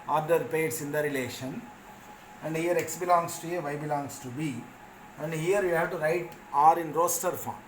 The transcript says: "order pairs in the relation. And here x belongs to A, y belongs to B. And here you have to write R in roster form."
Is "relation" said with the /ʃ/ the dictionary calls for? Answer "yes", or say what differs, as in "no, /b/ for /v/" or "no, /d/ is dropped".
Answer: yes